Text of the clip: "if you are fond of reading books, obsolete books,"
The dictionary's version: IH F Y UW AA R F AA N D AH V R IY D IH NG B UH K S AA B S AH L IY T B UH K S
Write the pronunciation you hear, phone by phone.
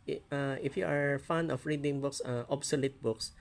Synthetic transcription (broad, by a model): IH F Y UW AA R F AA N AH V R IY D IH NG B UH K S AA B S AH L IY T B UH K S